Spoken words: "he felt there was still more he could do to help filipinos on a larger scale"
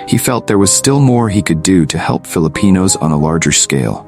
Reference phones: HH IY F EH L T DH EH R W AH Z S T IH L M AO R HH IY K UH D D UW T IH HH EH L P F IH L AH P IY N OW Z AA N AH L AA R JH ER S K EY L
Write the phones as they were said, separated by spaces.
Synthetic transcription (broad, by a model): HH IY F EH L T DH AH R W AH Z S T IH L M AO R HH IY K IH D D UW T IH HH EH L P F IH L AH P IY N OW Z N AH L AA R JH ER S K EY L